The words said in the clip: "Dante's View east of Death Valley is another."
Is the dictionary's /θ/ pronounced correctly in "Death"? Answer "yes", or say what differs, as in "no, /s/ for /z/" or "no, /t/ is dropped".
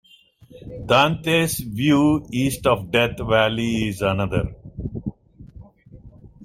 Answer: no, /t/ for /θ/